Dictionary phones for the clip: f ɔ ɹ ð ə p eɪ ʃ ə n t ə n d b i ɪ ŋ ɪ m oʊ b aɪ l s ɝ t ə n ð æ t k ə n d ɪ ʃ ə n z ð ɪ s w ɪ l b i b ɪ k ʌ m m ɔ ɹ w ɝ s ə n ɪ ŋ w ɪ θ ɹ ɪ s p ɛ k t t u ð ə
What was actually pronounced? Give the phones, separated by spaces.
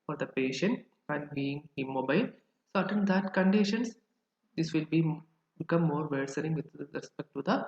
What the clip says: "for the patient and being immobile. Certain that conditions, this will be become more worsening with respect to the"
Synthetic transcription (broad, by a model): f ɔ ɹ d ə p eɪ ʃ ə n t ə n d b i ɪ ŋ ɪ m oʊ b aɪ l s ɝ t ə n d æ t k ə n d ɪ ʃ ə n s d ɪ s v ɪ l b i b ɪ k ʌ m m ɔ ɹ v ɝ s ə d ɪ ŋ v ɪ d ɹ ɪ s p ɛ k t t u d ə